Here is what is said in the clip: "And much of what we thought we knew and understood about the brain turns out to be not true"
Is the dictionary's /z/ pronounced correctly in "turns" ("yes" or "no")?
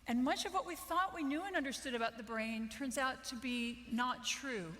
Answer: yes